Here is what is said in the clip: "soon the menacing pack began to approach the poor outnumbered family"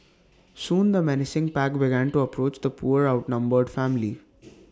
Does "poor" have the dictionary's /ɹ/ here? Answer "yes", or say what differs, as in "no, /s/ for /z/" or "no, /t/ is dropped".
yes